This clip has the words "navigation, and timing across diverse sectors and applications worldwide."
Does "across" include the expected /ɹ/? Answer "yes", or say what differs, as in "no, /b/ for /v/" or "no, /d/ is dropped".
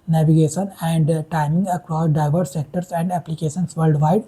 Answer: yes